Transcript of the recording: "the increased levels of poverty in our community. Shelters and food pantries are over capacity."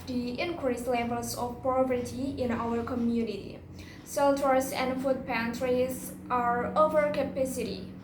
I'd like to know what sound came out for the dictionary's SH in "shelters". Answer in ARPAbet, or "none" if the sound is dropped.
S